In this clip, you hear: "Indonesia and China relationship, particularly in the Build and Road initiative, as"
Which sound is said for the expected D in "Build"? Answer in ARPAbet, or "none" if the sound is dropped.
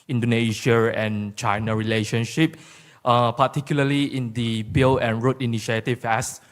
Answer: none